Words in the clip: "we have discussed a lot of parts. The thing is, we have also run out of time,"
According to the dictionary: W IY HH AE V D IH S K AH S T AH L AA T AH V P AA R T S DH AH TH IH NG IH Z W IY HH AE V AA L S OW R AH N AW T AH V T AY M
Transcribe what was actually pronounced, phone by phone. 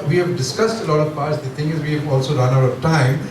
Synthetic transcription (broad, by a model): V IY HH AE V D IH S K AH S T AH L AA T AH V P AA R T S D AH T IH NG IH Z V IY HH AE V AA L S OW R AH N AW T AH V T AY M